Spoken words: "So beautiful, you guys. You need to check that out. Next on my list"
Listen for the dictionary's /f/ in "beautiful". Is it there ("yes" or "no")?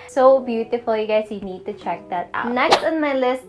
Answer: yes